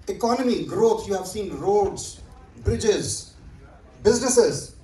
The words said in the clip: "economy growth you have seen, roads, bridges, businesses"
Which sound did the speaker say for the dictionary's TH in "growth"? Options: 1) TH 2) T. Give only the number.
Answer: 2